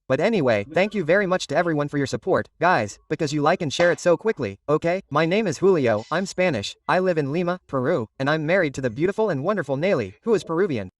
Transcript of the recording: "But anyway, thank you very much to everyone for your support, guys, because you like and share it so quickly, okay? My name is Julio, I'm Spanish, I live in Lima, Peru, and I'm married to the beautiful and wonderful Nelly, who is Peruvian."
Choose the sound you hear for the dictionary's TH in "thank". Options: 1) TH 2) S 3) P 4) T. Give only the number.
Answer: 1